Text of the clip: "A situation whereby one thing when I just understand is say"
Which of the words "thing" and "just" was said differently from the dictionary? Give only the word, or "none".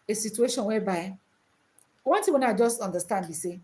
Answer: thing